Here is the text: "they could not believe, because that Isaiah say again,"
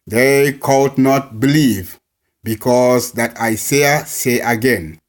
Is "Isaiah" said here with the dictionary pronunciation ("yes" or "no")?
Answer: no